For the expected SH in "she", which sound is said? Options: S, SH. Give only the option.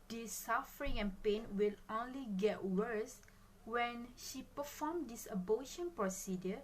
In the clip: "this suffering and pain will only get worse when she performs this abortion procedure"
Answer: SH